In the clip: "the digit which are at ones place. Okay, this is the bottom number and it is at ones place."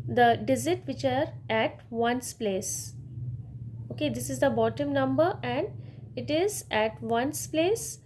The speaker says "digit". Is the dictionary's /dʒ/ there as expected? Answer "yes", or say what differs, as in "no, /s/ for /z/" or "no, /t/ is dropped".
no, /z/ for /dʒ/